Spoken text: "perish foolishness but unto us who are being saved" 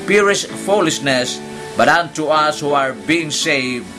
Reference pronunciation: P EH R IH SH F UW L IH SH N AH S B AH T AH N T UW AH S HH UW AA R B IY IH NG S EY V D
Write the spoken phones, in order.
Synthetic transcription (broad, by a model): P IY R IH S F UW L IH S N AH S B AH T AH N T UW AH S HH UW AA R B IY IH NG S EY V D